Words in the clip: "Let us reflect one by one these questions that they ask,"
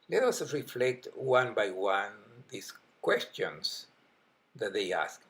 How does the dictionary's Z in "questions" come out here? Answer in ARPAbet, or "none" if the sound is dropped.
S